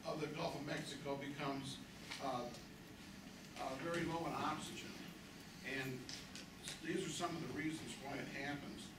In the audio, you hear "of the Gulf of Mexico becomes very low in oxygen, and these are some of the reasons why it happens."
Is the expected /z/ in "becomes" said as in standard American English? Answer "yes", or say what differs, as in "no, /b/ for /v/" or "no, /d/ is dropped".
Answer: yes